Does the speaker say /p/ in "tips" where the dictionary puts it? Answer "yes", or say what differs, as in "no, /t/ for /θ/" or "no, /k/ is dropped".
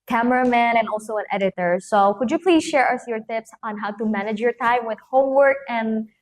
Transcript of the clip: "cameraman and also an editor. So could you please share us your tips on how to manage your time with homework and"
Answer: yes